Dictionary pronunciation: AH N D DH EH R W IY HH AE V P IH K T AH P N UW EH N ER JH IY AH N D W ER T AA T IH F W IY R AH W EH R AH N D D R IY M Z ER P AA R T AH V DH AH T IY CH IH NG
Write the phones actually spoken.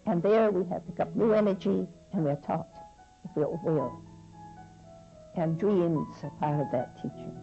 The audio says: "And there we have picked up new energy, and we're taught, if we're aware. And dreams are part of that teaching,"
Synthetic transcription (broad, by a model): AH N DH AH R W IY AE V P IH K AH P N UW EH N ER JH IY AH N W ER T AA T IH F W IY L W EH L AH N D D R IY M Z ER P AA R T AH V DH AH T IY CH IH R